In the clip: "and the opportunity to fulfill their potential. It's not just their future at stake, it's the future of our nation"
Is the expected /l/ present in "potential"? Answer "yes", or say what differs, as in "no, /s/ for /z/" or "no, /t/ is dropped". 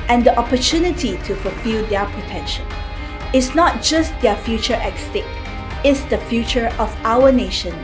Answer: no, /n/ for /l/